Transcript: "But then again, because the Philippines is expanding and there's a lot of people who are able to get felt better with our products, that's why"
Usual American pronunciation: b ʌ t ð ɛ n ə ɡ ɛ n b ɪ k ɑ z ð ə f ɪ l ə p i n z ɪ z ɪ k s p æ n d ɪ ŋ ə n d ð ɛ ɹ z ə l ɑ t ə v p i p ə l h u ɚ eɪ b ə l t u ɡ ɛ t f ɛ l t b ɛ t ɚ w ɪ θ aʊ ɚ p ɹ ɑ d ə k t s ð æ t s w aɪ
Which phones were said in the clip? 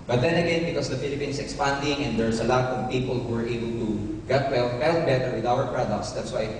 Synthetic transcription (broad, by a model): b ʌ t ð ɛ n ə ɡ ɛ n b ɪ k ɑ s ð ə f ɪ l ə p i n s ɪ k s p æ n d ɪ ŋ ə n d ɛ ɹ s ə l ɑ t ə v p i p ə l h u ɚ eɪ b ə l t u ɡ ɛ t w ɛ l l b ɛ t ɚ w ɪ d aʊ ɚ p ɹ ɑ d ə k t s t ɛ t s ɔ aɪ